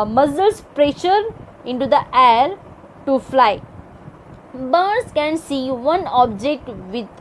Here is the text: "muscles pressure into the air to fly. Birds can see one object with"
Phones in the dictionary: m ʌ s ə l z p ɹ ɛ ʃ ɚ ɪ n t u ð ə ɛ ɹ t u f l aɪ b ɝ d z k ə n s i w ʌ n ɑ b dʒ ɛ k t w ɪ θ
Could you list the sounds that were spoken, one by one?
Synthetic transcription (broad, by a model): m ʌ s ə l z p ɹ ɛ ʃ ɚ ɪ n t u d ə ɛ ɹ t u f l aɪ b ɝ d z k ə n s i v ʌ n ɑ b dʒ ɛ k t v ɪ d